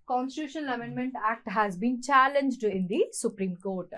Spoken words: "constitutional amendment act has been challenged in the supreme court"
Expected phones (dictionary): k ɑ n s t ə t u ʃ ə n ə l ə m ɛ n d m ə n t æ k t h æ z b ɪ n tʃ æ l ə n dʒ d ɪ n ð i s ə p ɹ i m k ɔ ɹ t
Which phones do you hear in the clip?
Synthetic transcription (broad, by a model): k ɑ n s t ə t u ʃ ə n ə l ə m ɛ n d m ə n t æ k t h æ z b ɪ n tʃ æ l ə n dʒ d ɪ n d i s ə p ɹ i m k ɔ ɹ t